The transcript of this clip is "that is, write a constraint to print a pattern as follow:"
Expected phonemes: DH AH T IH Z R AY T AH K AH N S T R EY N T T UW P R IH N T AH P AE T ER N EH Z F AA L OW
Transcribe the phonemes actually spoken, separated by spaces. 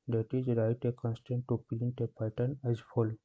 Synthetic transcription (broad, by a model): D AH T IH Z R AY T AH K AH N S T EY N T T UW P L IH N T AH P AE T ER N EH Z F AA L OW